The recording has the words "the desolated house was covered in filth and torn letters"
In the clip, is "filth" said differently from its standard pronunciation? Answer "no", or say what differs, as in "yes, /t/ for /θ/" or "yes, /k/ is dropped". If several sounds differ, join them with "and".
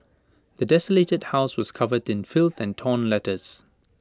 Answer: no